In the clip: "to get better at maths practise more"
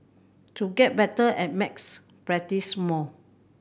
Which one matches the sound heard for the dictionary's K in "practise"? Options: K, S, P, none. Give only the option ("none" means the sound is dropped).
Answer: none